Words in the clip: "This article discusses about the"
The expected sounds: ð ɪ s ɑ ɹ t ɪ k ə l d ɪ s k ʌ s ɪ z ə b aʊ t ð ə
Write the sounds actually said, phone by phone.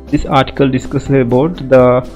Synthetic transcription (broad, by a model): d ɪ s ɑ ɹ t ɪ k ə l d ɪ s k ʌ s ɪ ə b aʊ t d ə